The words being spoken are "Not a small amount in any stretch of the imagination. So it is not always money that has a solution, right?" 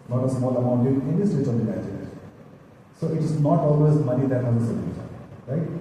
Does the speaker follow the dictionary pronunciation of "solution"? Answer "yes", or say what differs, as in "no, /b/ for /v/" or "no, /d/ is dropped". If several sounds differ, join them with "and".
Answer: no, /n/ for /l/